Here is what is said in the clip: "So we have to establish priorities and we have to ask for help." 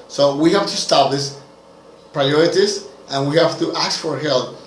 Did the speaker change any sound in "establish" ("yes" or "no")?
yes